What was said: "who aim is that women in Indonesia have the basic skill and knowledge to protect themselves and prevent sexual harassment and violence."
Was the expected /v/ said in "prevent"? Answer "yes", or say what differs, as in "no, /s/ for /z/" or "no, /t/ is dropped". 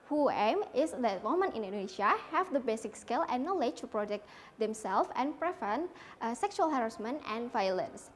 no, /f/ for /v/